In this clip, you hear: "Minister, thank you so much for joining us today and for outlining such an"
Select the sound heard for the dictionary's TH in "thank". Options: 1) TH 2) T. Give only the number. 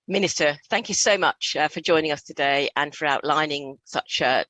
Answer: 1